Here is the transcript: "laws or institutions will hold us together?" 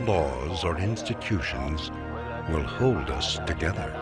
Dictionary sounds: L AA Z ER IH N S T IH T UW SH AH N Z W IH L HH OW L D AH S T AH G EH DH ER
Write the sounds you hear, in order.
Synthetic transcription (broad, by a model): L AA Z ER IH N S T IH T UW SH AH N Z W IH L HH OW L D AH S T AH G EH DH ER